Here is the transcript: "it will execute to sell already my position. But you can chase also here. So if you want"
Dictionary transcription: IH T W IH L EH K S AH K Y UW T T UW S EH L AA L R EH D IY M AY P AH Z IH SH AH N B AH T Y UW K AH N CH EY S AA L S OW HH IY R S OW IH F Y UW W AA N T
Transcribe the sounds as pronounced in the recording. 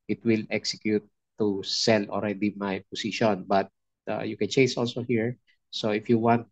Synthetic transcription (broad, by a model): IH T W IH L EH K S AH K Y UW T T UW S EH L AA L R EH D IY M AY P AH S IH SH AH N B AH T Y UW K AH N CH EY S AA L S OW HH IY R S OW IH F Y UW W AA N T